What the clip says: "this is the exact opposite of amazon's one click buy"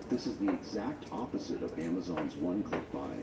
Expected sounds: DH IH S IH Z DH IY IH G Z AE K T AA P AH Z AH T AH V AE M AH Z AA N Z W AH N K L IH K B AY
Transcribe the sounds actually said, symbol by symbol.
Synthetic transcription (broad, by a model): DH IH S IH Z DH IY IH G Z AE K T AA P AH Z AH T AH V AE M AH Z AA N Z W AH N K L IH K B AY